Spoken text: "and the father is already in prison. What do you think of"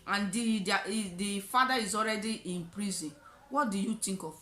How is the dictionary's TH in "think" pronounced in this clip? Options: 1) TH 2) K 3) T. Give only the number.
3